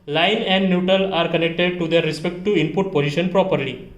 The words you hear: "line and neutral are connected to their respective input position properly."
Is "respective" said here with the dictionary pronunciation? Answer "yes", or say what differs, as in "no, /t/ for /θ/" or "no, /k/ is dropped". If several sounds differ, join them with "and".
no, /v/ is dropped